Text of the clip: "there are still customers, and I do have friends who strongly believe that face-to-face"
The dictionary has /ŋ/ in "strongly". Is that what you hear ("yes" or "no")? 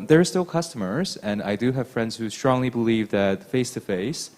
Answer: yes